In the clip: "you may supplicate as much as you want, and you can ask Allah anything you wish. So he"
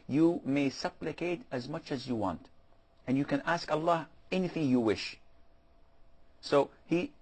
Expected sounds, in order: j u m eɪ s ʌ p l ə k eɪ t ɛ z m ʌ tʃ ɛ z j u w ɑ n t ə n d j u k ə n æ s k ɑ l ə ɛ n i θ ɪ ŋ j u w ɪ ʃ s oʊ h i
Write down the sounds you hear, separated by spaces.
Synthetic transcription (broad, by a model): j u m eɪ s ʌ p l ə k eɪ t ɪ z m ʌ tʃ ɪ z j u w ɑ n t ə n j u k ə n æ s k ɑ l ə ɛ n i θ ɪ ŋ j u w ɪ ʃ s oʊ h i